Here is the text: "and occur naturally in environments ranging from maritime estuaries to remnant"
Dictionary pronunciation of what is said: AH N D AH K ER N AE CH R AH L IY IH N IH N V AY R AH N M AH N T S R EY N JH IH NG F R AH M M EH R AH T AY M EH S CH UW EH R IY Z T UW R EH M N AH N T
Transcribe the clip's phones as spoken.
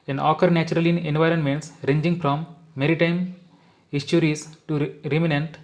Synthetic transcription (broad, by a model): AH N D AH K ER N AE CH R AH L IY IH N IH N V AY R AH N M AH N T S R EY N JH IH NG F R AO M M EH R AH T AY M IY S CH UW R IY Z T UW R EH M N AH N T